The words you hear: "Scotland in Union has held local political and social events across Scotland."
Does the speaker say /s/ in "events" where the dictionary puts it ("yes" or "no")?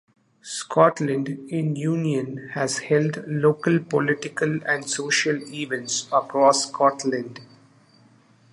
yes